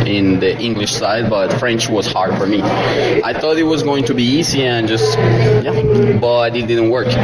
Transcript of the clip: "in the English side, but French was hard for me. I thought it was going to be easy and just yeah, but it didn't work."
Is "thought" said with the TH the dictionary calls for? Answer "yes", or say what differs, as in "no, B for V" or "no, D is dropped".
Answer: yes